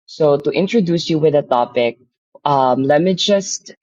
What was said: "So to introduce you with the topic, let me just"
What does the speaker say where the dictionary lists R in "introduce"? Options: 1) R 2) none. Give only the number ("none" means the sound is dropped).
1